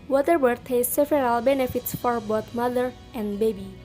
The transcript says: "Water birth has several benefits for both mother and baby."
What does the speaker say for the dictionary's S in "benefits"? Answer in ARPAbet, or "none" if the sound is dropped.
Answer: S